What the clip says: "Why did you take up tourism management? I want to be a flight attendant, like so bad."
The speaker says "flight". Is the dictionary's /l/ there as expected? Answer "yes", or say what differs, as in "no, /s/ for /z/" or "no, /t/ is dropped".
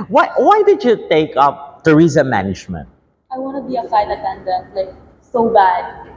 no, /l/ is dropped